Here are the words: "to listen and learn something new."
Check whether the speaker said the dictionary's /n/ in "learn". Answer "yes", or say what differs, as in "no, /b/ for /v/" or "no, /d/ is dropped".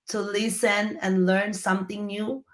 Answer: yes